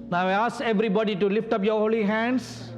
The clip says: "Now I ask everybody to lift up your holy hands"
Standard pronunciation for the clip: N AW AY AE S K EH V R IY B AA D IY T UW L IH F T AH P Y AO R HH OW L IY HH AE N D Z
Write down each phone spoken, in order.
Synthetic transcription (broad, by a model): N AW AY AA S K EH V R IY B AA D IY T UW L IH F T AH P Y AO R HH OW L IY HH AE N D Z